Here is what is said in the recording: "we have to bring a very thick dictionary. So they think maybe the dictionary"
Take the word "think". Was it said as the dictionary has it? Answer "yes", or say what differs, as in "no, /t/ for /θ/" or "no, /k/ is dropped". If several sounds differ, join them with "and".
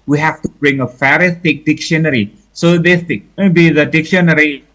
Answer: no, /ŋ/ is dropped